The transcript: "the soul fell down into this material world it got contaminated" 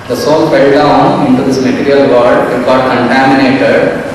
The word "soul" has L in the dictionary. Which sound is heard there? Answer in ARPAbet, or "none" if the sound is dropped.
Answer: N